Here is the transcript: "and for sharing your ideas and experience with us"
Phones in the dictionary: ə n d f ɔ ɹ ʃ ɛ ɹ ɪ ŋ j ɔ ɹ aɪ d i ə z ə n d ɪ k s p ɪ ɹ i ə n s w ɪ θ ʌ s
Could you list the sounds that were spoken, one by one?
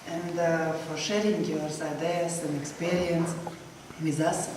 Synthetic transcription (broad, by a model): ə n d f ɔ ɹ ʃ ɛ ɹ ɪ ŋ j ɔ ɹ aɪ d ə s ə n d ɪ k s p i ɹ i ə n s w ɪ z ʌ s